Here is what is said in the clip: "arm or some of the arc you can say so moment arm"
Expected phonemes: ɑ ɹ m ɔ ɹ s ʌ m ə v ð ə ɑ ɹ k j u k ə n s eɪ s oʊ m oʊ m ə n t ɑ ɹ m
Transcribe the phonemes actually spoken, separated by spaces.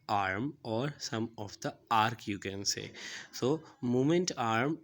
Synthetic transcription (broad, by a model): ɑ ɹ m ɔ ɹ s ʌ m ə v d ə ɑ ɹ k j u k ə n s eɪ s oʊ m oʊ m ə n t ɑ ɹ m